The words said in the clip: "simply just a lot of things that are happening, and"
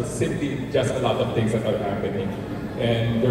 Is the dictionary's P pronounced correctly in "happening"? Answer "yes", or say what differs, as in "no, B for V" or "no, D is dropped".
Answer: no, P is dropped